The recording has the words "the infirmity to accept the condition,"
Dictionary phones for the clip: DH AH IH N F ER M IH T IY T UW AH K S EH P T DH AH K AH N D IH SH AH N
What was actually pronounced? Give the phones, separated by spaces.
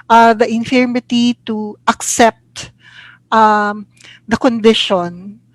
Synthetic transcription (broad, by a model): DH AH IH N F ER M IH T IY T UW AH K S EH P T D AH K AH N D IH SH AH N